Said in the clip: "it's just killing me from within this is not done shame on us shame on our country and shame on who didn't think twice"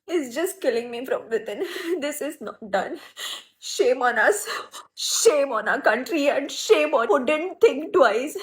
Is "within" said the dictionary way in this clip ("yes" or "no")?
no